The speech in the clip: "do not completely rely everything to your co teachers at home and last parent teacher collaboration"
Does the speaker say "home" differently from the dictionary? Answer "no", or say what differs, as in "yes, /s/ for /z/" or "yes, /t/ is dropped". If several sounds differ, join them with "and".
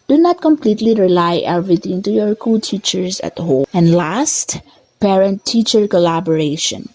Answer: yes, /m/ is dropped